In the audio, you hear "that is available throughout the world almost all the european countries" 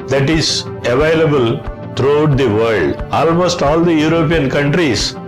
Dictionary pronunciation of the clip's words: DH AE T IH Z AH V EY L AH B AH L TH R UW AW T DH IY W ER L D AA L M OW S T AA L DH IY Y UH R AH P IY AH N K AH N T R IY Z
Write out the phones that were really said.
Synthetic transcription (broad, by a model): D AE T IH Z AH V EY L AH B AH L T R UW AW T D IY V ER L D AA L M OW S T AA L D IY Y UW R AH P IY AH N K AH N T R IY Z